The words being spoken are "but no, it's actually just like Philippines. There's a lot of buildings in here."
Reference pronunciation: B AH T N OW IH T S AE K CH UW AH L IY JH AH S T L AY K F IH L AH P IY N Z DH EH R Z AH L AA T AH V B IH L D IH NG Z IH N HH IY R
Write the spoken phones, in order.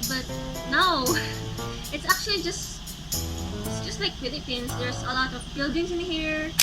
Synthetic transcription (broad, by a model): B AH T N OW IH T S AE K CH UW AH L IY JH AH S T L AY K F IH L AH P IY N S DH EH R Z AH L AA T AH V B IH L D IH NG S IH N HH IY R